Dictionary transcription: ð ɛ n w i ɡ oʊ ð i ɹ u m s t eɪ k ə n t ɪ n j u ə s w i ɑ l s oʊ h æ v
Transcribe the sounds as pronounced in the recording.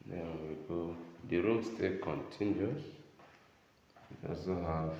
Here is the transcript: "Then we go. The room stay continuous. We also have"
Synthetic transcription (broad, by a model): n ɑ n w i ɡ oʊ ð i ɹ u m s t eɪ k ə n t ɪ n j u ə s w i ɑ s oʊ h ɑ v